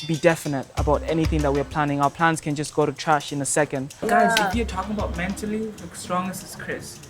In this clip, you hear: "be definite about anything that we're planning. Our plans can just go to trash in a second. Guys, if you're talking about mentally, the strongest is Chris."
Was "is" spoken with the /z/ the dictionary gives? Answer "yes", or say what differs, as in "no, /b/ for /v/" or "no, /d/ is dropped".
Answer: no, /s/ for /z/